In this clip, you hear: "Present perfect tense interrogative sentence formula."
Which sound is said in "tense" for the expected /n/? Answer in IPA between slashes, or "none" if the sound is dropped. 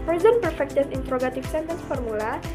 none